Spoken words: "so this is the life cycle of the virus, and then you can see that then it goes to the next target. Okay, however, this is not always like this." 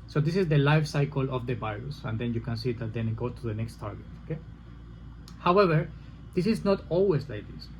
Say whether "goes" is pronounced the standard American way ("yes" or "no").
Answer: no